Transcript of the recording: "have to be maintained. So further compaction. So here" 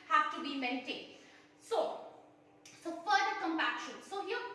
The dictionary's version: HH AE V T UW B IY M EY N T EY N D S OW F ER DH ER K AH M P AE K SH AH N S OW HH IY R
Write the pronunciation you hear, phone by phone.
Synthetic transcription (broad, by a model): HH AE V T UW B IY M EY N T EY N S S OW F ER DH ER K AH M P AE K SH AH N S OW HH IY